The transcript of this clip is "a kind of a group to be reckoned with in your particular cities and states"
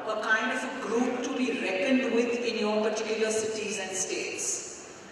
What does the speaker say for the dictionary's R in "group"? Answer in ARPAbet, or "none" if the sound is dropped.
R